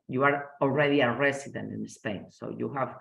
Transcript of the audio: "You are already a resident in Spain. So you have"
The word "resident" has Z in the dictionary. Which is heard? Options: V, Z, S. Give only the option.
S